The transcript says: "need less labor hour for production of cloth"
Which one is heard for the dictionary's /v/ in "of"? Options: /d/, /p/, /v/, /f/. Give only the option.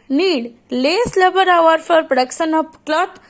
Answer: /p/